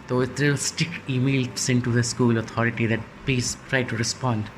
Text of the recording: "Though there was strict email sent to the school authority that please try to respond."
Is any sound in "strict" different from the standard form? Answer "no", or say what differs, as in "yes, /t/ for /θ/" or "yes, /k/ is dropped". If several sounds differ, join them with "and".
yes, /ɹ/ is dropped and /t/ is dropped